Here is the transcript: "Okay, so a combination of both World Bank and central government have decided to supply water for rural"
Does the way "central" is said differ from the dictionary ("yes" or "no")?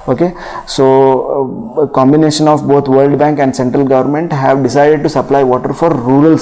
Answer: no